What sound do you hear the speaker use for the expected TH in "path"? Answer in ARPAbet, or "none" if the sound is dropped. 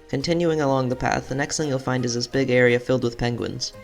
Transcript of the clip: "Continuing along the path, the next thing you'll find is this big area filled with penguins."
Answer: TH